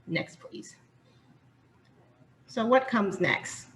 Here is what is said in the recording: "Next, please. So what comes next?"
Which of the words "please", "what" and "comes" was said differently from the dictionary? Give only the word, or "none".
none